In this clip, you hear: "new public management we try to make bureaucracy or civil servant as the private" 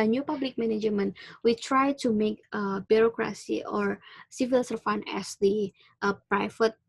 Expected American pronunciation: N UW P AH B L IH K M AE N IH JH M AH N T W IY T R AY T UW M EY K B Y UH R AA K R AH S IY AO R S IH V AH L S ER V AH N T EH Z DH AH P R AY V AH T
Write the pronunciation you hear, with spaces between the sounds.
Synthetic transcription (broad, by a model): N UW P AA B L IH K M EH N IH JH M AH N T W IY T R AY T UW M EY K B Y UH R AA K R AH S IY AO R S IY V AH L S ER F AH N EH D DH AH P R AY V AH T